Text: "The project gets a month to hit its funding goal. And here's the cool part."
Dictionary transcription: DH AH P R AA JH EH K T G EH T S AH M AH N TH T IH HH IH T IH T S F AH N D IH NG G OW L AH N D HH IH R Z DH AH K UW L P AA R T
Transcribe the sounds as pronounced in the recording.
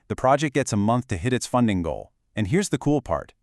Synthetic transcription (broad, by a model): DH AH P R AA JH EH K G EH T S AH M AH N TH T IH HH IH T IH T S F AH N D IH NG G OW L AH N HH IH R Z DH AH K UW L P AA R T